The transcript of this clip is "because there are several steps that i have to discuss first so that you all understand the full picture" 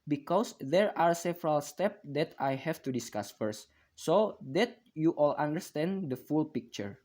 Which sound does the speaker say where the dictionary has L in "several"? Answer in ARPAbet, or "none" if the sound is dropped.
L